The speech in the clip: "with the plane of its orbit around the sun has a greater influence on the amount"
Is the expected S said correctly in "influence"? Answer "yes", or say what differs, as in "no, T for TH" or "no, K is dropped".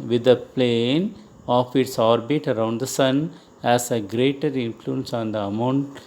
yes